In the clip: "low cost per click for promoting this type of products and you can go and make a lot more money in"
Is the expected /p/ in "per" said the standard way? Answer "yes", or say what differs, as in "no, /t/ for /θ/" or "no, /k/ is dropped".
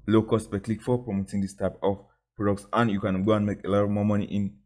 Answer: no, /b/ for /p/